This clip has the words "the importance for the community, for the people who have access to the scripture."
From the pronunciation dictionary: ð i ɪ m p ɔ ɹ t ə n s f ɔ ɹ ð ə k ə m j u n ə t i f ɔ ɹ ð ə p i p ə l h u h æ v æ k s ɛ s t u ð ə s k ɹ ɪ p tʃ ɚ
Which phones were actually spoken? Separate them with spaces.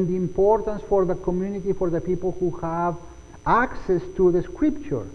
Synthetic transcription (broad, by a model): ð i ɪ m p ɔ ɹ t ə n s f ɔ ɹ ð ə k ə m j u n ə t i f ɔ ɹ ð ə p i p ə l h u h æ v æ k s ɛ s t u ð ə s k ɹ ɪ p tʃ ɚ